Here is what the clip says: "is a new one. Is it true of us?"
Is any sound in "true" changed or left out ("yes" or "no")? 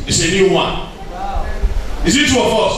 yes